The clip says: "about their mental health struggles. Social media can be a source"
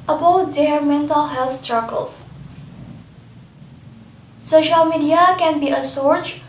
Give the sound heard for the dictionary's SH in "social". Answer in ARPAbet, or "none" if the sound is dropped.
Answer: SH